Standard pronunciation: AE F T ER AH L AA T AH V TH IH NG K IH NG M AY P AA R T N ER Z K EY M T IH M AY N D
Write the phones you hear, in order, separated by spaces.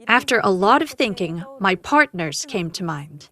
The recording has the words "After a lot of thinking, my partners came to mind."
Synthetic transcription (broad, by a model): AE F T ER AH L AA T AH V TH IH NG K IH NG M AY P AA R T N ER Z K EY M T IH M AY N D